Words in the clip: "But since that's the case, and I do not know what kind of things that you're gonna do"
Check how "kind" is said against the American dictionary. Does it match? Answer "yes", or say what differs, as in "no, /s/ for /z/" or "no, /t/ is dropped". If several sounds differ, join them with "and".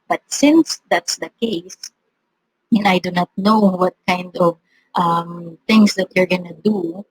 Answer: yes